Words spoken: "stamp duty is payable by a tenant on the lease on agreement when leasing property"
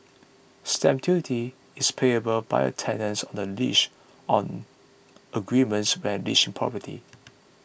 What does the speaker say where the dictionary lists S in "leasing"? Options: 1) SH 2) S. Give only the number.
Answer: 1